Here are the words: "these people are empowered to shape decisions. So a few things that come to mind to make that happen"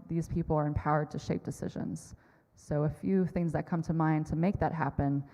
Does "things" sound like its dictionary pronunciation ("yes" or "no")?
yes